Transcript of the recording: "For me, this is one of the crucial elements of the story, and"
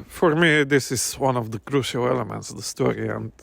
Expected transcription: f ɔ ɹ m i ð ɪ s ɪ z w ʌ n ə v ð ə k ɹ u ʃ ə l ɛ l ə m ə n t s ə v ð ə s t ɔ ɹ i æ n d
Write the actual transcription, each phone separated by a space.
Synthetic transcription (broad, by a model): f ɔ ɹ m i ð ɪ s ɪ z w ʌ n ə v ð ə k ɹ u ʃ ə l ɛ l ə m ə n t s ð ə s t ɔ ɹ i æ n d